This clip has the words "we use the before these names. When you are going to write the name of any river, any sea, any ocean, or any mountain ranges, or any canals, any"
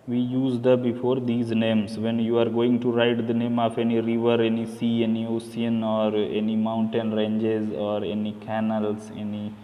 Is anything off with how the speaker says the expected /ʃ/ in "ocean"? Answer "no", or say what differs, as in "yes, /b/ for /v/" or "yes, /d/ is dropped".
yes, /s/ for /ʃ/